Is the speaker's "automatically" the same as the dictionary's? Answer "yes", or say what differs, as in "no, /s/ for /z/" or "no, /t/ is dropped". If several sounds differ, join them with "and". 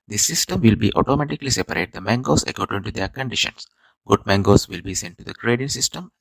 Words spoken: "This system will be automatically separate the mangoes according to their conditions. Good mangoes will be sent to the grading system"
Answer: yes